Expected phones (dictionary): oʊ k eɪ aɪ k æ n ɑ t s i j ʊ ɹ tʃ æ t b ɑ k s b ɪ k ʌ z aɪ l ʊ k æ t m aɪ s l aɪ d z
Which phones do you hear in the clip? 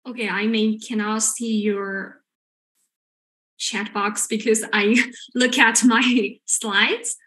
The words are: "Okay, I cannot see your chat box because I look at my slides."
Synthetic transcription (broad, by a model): oʊ k eɪ aɪ k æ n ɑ s i j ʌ ɹ tʃ æ t b ɑ k s b ɪ k ʌ z aɪ l ʊ k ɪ t m aɪ s l aɪ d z